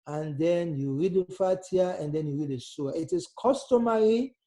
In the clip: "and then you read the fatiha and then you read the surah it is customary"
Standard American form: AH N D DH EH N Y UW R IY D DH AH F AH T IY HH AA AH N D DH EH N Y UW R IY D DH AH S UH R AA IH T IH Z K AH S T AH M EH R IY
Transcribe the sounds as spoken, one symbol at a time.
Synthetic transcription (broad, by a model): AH N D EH N Y UW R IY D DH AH F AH T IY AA AH N D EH N Y UW R IY D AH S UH AA IH T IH S K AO S T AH M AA R IY